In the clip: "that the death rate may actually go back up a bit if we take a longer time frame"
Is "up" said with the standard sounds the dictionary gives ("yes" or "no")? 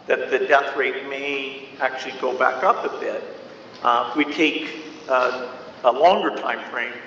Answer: yes